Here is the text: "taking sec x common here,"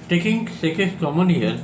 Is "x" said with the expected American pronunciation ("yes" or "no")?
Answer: no